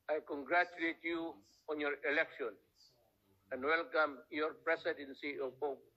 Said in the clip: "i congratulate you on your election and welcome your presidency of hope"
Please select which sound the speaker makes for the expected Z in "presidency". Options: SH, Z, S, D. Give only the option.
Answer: S